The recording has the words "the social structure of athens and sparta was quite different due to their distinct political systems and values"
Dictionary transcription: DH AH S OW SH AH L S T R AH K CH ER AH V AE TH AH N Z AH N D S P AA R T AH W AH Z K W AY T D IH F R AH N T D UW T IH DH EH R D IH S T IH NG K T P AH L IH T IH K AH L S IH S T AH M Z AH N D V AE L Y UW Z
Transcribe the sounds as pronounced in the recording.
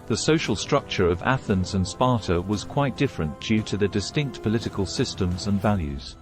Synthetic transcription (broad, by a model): DH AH S OW SH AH L S T R AH K CH ER AH V AE TH AH N Z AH N S P AA R T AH W AH Z K W AY T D IH F R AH N D UW T IH DH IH D IH S T IH NG K T P AH L IH T IH K AH L S IH S T AH M Z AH N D V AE L Y UW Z